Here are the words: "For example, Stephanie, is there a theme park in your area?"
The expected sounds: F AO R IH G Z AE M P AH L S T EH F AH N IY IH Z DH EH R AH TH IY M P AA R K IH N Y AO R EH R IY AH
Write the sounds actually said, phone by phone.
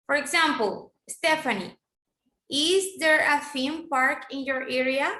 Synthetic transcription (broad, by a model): F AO R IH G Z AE M P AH L S T EH F AH N IY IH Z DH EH R AH F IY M P AA R K IH N Y AO R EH R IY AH